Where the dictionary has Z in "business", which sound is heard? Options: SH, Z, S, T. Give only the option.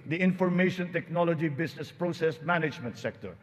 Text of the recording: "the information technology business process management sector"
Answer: S